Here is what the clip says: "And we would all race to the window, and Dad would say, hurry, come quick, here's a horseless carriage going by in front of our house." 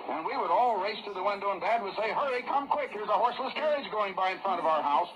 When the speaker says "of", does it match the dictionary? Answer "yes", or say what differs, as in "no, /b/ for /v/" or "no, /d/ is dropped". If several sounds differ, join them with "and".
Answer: yes